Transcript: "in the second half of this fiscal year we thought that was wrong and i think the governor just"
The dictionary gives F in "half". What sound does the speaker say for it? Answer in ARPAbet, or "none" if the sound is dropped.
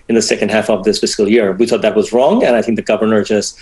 F